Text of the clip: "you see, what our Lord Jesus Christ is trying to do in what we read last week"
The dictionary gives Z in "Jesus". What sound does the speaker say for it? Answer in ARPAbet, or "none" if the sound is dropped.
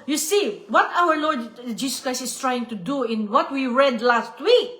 S